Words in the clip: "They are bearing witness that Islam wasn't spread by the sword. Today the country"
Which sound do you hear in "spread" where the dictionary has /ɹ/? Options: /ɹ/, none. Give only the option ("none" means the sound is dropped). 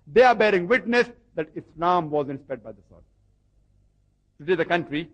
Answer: none